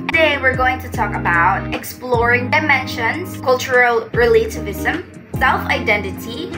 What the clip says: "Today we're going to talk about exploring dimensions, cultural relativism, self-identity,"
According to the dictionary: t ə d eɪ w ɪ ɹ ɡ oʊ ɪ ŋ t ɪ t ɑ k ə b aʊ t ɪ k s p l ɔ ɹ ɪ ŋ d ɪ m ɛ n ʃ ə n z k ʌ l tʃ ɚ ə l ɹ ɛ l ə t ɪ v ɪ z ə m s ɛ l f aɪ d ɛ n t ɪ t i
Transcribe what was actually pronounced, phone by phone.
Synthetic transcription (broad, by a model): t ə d eɪ w ɪ ɹ ɡ oʊ ɪ ŋ t ɪ t ɑ k ə b aʊ t ɪ k s p l ɔ ɹ ɪ ŋ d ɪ m ɛ n ʃ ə n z k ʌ l tʃ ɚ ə l ɹ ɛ l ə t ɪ v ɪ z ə m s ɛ l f aɪ d ɛ n t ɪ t i